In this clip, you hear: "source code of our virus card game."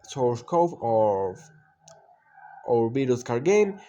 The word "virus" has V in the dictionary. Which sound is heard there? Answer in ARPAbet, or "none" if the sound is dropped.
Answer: B